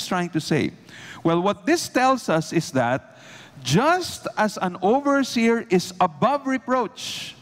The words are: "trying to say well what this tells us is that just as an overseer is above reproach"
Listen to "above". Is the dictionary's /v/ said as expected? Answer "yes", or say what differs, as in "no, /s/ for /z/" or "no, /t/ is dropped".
yes